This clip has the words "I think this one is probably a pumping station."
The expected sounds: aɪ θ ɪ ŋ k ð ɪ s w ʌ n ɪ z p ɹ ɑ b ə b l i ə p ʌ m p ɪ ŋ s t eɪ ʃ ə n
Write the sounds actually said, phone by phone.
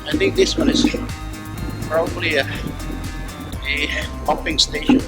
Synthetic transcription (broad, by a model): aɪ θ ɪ ŋ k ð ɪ s w ʌ n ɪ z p ɹ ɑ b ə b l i ə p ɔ p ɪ ŋ s t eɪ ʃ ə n